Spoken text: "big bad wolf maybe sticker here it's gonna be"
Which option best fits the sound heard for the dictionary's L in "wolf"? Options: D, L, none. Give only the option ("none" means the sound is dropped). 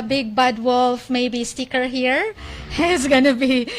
L